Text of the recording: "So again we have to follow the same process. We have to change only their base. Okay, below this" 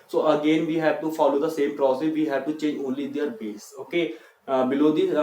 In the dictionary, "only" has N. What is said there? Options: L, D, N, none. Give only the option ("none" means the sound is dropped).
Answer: N